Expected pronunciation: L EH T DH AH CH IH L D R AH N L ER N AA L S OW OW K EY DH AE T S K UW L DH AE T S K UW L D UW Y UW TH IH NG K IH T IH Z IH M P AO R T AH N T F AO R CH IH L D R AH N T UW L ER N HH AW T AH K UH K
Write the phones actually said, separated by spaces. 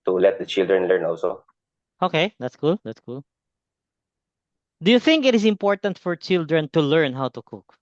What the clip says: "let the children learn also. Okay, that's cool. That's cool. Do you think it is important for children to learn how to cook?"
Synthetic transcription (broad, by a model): L EH T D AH CH IH L D R AH N L ER N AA L S OW OW K EY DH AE T S K UW L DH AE T S K UW L D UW Y UW TH IH NG K IH T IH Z IH M P AO R T AH N T F AO R CH IH L D R AH N T UW L ER N HH AW T AH K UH K